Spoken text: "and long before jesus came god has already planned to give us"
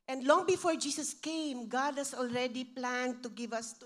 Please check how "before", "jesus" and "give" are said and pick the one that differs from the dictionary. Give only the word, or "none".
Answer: jesus